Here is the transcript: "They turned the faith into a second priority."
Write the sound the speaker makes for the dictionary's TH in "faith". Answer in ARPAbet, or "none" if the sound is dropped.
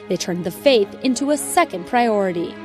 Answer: TH